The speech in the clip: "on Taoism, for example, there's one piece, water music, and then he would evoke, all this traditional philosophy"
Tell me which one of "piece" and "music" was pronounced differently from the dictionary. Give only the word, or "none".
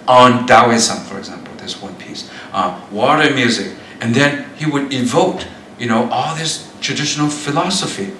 none